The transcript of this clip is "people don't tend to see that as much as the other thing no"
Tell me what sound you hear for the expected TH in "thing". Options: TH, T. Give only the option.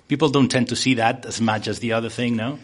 TH